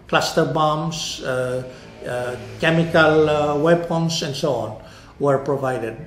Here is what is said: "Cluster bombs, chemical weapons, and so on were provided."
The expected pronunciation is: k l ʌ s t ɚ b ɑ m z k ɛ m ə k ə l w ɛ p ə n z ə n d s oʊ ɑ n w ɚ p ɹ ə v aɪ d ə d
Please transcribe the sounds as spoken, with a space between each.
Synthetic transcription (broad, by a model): k l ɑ s t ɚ b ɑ m s k ɛ m ə k ə l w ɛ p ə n s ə n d s oʊ ɑ n w ɚ p ɹ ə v aɪ d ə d